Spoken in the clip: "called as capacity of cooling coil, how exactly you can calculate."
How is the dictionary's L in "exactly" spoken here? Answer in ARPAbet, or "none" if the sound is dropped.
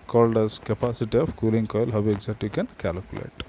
none